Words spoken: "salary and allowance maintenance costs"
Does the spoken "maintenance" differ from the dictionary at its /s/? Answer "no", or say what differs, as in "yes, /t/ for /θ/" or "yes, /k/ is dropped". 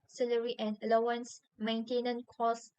yes, /s/ is dropped